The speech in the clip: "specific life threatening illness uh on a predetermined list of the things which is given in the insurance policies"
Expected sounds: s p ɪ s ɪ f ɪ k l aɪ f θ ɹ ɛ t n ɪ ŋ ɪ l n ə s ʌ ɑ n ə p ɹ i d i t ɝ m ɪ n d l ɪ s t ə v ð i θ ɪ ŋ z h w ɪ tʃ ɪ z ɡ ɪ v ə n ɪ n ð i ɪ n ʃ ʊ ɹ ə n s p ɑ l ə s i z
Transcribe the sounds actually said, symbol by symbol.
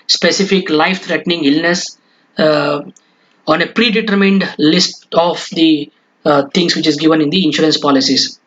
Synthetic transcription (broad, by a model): s p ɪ s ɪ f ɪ k l aɪ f t ɹ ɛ t n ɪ ŋ ɪ l n ə s ɑ n ə p ɹ i d i t ɝ m ɪ n d l ɪ s t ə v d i t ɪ ŋ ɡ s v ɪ tʃ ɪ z ɡ ɪ v ə n ɪ n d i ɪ n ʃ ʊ ɹ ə n s p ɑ l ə s i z